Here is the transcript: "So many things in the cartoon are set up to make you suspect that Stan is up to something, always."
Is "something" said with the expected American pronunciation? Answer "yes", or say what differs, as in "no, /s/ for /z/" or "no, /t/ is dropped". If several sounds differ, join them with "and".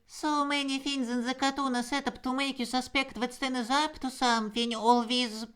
no, /f/ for /θ/